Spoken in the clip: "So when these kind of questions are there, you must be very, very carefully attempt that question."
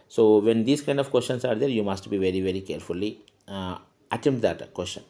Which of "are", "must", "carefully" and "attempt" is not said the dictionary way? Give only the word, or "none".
attempt